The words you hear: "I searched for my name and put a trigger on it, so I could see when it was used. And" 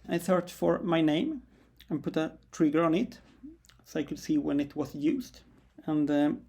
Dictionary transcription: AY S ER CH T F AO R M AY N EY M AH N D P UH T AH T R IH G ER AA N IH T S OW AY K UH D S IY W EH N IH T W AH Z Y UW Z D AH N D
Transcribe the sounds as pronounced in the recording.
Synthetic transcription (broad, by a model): AY TH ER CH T F AO R M AY N EY M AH N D P UH T AH T R IH G ER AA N IH T S OW AY K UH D S IY W EH N IH T W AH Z Y UW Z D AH N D